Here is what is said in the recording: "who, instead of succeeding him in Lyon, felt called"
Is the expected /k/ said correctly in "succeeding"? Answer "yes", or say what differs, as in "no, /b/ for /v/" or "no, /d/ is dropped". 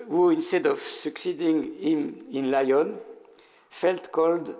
yes